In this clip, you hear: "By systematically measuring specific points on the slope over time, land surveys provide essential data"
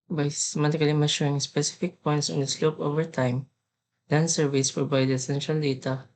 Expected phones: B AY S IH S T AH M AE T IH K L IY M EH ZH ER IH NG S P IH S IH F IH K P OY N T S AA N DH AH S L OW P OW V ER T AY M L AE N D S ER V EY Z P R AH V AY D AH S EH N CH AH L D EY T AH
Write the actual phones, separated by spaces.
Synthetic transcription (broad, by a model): B AY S S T M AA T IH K L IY M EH SH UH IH NG S P IH S IH F IH K P OY N T S AA N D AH S L OW P OW V ER T AY M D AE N S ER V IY S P R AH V AY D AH S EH N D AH L D EY T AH